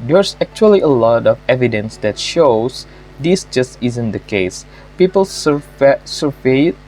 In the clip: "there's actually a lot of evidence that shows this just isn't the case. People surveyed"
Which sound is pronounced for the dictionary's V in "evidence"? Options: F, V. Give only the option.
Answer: V